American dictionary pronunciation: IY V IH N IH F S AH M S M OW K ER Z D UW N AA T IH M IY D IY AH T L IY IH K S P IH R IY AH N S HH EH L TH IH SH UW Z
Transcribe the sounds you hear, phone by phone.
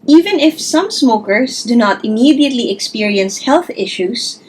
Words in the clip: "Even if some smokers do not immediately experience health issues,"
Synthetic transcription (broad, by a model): IY V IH N IH F S AH M S M OW K ER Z D UW N AA T IH M IY D IY AH T L IY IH K S P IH R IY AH N S HH EH L TH IH SH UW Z